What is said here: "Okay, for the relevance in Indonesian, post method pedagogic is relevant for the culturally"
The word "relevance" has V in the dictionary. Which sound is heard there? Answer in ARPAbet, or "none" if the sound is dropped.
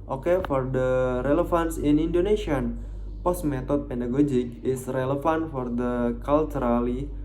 F